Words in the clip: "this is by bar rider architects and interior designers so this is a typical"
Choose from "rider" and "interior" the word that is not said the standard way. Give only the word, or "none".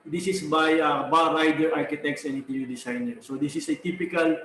interior